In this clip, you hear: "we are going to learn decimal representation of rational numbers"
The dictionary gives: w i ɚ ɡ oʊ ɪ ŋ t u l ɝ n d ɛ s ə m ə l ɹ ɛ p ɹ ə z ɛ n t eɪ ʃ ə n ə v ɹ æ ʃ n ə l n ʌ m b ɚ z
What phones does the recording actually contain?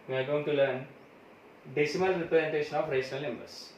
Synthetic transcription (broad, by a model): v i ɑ ɡ oʊ ɪ ŋ t u l ɝ n d ɛ s ə m ə l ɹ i p l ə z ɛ n t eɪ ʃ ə n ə f ɹ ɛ s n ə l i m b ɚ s